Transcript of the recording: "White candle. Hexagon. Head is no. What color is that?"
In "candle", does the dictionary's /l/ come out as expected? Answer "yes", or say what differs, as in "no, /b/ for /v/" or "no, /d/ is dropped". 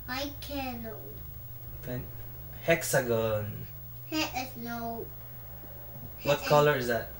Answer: no, /n/ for /l/